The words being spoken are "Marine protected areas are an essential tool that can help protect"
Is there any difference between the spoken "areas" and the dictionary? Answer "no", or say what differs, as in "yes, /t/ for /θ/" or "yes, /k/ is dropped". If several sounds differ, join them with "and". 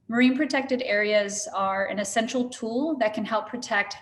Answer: no